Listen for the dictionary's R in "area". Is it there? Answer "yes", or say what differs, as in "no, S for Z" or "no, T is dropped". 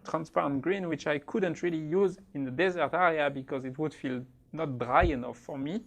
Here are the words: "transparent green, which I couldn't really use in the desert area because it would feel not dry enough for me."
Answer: yes